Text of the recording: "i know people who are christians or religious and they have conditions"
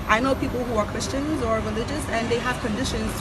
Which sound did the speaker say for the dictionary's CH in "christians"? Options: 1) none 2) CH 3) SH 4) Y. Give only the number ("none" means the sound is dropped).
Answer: 2